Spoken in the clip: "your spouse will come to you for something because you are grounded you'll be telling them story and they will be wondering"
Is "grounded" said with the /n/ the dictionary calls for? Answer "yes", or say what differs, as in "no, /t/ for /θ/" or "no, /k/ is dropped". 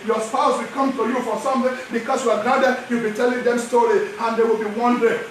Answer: no, /n/ is dropped